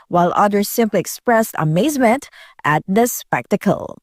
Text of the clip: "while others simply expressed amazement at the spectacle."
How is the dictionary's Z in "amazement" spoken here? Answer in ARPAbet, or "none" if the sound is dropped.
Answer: Z